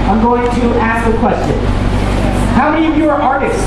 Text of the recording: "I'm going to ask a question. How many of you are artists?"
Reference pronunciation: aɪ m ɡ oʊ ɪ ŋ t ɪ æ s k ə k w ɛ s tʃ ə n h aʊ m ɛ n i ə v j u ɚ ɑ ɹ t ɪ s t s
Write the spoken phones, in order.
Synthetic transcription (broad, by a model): aɪ m ɡ oʊ ɪ ŋ t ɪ æ s k ə k w ɛ s tʃ ə n h aʊ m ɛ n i ə v j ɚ ɑ ɹ t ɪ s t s